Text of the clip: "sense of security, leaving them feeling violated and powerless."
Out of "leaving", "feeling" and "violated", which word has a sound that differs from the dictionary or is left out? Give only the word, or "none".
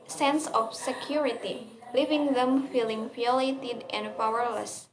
violated